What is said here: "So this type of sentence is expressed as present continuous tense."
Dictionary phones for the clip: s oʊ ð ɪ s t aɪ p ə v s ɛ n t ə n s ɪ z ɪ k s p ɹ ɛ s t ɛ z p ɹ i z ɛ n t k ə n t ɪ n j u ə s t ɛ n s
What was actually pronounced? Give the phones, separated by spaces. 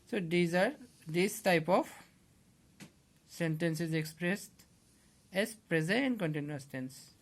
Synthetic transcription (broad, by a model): s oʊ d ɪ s t aɪ p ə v s ɛ n t ə n s ɪ z ɪ k s p ɹ ɛ s t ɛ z p ɹ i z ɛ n k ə n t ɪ n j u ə s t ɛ n s